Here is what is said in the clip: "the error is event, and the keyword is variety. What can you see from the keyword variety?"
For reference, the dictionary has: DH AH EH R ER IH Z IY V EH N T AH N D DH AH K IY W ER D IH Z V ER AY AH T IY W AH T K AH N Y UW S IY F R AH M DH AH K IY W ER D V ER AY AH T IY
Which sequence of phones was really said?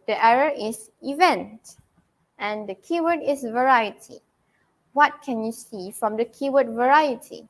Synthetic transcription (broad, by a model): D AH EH R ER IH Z IY V EH N T AH N D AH K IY W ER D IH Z V ER AY AH T IY W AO T K AH N Y UW S IY F R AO M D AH K IY W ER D V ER AY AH T IY